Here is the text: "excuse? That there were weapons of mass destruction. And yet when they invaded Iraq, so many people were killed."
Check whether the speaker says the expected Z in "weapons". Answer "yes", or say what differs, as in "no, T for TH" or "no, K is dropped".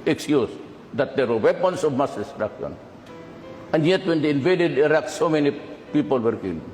no, S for Z